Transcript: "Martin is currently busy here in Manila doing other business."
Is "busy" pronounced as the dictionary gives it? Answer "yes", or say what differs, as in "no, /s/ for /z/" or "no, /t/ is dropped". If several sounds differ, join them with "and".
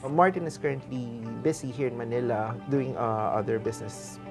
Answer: no, /s/ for /z/